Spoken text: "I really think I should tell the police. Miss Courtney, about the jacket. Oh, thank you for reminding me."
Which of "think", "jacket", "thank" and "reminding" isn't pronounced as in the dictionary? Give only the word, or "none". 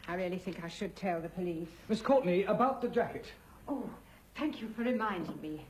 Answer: none